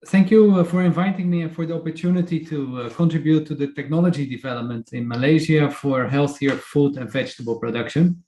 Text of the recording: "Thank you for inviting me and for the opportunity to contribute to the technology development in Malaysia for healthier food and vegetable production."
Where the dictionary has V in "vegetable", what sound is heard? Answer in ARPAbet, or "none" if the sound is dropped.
V